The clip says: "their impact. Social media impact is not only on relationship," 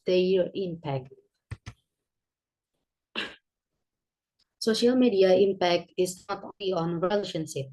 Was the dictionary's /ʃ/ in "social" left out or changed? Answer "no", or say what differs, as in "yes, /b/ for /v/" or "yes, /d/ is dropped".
no